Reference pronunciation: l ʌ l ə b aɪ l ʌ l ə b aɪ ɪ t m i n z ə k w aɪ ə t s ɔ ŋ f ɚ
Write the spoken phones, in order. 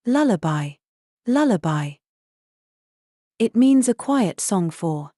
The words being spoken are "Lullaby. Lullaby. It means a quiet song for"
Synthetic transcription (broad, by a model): l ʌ l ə b aɪ l ʌ l ə b aɪ ɪ t m i n z ə k w aɪ ə t s ɔ ŋ f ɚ